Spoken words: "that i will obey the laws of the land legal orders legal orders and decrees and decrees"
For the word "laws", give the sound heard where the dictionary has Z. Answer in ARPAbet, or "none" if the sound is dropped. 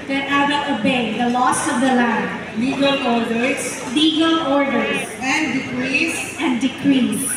S